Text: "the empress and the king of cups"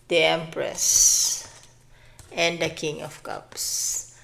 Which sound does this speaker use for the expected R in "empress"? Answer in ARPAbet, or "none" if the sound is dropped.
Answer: R